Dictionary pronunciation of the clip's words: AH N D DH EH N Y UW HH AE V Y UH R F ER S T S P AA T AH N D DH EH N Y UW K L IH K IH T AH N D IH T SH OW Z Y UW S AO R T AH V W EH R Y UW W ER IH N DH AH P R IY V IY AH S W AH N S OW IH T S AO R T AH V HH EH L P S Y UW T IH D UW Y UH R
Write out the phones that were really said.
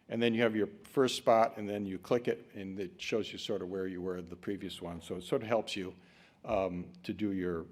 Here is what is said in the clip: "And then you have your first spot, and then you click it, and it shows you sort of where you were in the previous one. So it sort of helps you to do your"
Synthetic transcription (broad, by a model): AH N DH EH N Y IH V Y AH R F ER S T S P AA T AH N DH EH N Y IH K L IH K IH T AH N IH T SH OW Z Y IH S AO R T AH V W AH R Y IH W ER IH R DH AH P R IY V IY AH S W AH N S OW IH T S AO R T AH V HH EH L P S Y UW T IH D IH Y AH R